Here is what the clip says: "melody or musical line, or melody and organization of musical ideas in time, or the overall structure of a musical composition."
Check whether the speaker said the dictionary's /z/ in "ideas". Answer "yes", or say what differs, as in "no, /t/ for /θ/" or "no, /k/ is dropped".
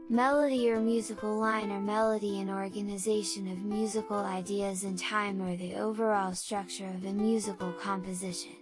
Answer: yes